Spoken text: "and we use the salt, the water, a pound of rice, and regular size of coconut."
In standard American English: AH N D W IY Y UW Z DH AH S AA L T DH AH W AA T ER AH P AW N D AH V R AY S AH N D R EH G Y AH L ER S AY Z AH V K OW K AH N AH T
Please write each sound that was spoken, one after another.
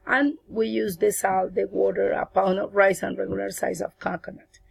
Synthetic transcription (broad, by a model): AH N W IY Y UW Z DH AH S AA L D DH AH W AA T ER AH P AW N AH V R AY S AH N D R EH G Y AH L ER S AY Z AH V K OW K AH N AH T